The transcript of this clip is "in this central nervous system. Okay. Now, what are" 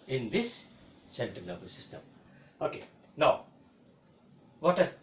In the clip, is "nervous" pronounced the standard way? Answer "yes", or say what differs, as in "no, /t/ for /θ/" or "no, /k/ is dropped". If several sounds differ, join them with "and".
no, /b/ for /v/